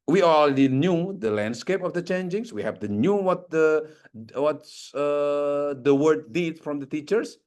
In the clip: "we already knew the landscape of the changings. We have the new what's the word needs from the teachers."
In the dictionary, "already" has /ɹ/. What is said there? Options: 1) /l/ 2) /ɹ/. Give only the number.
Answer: 1